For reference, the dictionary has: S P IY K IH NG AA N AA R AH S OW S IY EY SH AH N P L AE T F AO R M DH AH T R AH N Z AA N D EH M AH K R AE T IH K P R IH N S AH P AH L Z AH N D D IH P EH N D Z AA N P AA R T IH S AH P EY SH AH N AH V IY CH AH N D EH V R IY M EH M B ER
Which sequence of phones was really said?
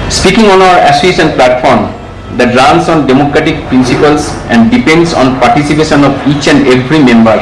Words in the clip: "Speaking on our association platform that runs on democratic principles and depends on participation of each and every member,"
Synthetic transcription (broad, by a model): S P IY K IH NG AA N AA W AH EH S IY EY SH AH N P L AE T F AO R M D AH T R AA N S AA N D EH M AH K R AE T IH K P R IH N S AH P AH L S AH N D D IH P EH N D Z AA N P AA R T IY S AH P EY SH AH N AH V IY CH AH N D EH F R IY M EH M B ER